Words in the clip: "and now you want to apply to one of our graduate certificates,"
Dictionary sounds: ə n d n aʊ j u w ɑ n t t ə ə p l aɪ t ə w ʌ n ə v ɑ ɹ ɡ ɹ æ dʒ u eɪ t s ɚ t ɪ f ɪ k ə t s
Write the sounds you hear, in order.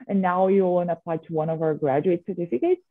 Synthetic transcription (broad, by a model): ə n n aʊ j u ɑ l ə ə p l aɪ t ə w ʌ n ə v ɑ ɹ ɡ ɹ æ dʒ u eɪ t s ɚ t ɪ f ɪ k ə t s